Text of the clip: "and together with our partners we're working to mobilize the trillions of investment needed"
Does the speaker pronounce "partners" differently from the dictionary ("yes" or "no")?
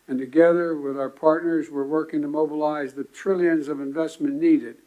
no